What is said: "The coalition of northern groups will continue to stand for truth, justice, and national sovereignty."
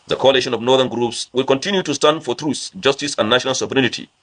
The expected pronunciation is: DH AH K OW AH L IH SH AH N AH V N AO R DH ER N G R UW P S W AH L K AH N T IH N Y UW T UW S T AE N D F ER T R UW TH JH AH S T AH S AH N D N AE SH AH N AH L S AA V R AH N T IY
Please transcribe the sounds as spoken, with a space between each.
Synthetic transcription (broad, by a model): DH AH K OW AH L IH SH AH N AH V N AO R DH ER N G R UW P S W AH L K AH N T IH N Y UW T UW S T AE N D F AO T R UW S JH AH S T AH S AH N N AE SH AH N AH L S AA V R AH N T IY